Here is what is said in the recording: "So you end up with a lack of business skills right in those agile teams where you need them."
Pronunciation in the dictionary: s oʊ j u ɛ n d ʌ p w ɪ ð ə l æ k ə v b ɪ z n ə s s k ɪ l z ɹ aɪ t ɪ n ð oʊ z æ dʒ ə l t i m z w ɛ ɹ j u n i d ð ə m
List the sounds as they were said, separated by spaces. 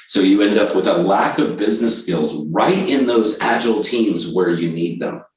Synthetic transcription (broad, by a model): s oʊ j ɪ ɛ n d ʌ p w ɪ ð ə l æ k ə v b ɪ z n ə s s k ɪ l z ɹ aɪ t ɪ n ð oʊ z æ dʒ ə l t i m z w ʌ ɹ j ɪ n i d ð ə m